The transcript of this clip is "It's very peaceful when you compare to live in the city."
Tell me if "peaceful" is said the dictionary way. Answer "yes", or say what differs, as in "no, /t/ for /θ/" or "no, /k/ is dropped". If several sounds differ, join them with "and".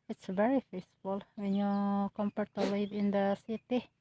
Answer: no, /f/ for /p/